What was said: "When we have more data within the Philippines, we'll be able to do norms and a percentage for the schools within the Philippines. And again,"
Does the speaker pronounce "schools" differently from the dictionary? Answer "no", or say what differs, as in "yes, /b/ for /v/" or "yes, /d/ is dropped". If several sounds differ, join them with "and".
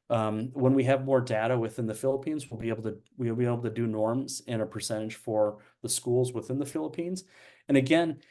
no